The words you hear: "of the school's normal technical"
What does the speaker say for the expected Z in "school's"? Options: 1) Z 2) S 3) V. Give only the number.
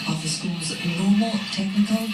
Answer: 1